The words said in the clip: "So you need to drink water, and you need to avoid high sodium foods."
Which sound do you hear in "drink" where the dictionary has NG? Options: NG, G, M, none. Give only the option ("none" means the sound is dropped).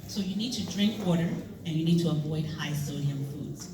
NG